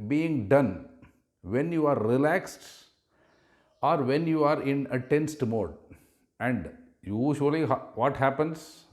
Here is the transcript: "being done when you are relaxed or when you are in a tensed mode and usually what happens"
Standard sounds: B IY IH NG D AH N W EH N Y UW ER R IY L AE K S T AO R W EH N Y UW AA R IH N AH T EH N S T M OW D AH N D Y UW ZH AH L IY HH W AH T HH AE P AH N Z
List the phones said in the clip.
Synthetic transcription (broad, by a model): B IY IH NG D AH N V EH N Y UW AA R IY L AE K S T AO R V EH N Y UW AA R IH N AH T EH N S T M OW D AH N D Y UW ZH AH L IY HH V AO T HH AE P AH N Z